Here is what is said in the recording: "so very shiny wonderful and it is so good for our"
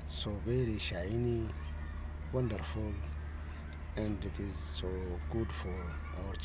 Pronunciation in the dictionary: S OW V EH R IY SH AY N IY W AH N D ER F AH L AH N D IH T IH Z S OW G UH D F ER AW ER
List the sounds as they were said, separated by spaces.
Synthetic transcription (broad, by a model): S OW B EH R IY SH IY N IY W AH N D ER F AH L AH N D IH T IH Z S OW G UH D F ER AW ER